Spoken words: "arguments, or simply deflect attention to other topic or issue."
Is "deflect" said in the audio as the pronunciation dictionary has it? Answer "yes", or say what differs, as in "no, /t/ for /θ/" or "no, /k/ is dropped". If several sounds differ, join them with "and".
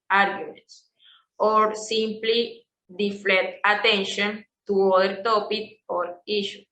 no, /k/ is dropped